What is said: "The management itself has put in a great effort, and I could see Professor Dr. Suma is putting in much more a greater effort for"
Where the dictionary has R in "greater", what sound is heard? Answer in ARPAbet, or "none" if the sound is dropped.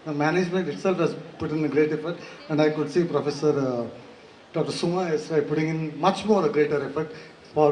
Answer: R